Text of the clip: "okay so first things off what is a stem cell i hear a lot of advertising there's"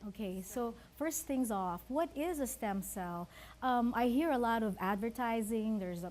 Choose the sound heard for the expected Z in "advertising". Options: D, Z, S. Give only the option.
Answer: Z